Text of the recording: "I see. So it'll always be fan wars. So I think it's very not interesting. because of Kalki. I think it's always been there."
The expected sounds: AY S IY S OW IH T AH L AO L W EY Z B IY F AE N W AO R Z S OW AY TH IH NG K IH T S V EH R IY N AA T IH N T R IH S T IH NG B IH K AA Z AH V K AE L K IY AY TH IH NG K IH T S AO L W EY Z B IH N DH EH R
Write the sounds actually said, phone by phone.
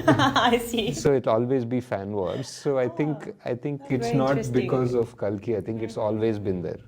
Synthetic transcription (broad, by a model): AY S IY S OW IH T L AO L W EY Z B IY F AE N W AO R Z S OW AY T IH NG K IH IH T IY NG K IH T S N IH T B IH K AA Z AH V K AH L K IY AY T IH NG K IH T S AO L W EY Z B IH N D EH R